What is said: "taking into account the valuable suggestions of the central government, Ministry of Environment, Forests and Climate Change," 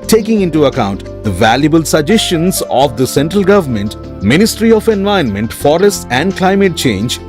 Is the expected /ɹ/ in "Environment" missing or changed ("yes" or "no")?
yes